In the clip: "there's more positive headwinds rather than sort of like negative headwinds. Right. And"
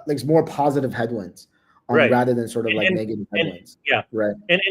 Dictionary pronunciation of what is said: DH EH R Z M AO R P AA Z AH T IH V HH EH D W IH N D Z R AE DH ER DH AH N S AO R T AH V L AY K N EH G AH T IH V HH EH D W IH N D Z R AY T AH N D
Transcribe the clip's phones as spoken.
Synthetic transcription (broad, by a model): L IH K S M AO R P AA Z AH T IH V HH EH D W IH N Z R R AE DH ER DH AH N S AO R T AH V L AY K N EH G AH T IH V HH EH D W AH N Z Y R AY T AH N